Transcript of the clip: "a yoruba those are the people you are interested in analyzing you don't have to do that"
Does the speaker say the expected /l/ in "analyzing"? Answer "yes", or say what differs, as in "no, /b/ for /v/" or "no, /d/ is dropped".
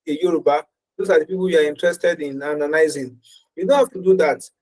no, /n/ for /l/